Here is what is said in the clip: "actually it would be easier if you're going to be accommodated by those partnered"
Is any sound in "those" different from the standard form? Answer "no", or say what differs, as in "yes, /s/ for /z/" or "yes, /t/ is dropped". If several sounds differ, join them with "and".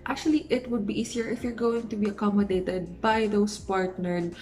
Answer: yes, /s/ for /z/